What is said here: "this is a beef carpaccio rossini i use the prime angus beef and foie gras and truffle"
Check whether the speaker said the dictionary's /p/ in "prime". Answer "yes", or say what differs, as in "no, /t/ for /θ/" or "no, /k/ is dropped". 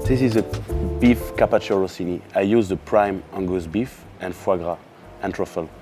yes